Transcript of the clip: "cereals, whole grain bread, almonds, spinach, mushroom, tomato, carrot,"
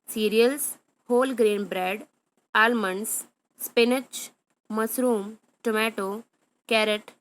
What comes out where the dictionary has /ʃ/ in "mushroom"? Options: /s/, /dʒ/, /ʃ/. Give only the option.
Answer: /s/